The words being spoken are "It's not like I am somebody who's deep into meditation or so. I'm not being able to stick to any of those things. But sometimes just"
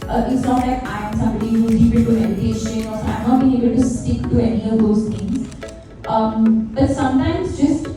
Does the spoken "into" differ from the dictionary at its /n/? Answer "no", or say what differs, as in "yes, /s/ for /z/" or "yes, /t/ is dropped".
yes, /n/ is dropped